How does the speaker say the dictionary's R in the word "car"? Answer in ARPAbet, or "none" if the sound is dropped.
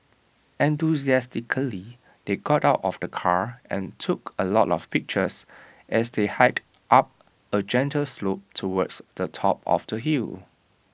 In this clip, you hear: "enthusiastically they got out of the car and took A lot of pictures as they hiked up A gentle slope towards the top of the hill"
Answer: R